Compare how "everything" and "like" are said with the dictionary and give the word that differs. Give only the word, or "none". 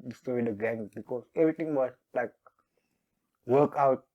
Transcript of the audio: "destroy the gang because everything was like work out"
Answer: everything